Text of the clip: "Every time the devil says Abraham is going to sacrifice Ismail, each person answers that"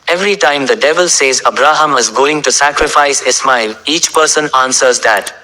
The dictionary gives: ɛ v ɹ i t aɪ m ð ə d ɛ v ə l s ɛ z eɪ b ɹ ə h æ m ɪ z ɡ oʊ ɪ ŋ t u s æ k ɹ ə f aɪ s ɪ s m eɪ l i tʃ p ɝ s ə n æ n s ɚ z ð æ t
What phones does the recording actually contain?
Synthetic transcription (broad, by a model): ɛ v ɹ i t aɪ m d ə d ɛ v ə l s ɛ z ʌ b ɹ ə h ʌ m ɪ z ɡ oʊ ɪ ŋ t u s æ k ɹ ə f aɪ s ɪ s m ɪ l i tʃ p ɝ s ə n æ n s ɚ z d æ t